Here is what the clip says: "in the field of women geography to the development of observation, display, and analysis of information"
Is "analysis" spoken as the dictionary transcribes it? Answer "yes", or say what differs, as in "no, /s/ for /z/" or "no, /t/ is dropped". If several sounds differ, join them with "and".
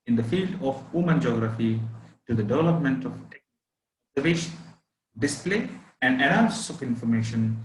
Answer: no, /l/ is dropped